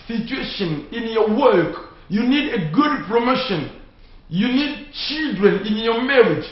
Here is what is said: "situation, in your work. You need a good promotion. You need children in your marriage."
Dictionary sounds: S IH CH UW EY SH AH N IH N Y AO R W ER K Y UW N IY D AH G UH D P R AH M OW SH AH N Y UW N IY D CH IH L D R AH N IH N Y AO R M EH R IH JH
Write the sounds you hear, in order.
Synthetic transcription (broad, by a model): S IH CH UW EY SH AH N IH N Y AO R W ER K Y UW N IY D AH G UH D P R AH M OW SH AH N Y UW N IY D CH IH L D R AH N IH N Y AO M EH R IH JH